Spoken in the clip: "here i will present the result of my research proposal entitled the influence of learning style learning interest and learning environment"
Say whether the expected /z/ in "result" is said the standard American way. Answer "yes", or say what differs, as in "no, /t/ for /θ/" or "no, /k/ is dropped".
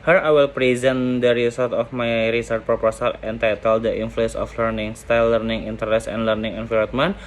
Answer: no, /s/ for /z/